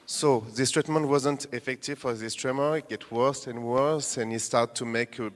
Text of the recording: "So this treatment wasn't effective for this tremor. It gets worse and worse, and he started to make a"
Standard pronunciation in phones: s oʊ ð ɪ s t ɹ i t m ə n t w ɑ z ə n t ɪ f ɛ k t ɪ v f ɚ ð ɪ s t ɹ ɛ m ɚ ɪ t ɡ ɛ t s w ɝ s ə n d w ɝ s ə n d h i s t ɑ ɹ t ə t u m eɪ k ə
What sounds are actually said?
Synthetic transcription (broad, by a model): s oʊ ð ɪ s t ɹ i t m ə n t w ɑ z ə n t ɪ f ɛ k t ɪ v f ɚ ð ɪ s t ɹ ɛ m ɚ ɪ t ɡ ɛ t w ɝ s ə n w ɝ s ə n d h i s t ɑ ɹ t t u m eɪ k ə